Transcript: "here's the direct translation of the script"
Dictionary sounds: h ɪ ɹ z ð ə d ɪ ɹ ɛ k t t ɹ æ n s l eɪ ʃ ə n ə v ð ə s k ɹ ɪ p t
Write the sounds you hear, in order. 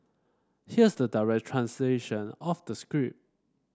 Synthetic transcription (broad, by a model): h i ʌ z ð ə d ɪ ɹ ɛ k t t ɹ æ n s l eɪ ʃ ə n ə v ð ə s k ɹ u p